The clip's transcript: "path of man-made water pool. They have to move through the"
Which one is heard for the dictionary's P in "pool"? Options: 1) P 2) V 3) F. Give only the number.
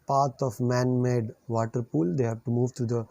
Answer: 1